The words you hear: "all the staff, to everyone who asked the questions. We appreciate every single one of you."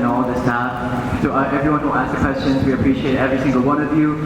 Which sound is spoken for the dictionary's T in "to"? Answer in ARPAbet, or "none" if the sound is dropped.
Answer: S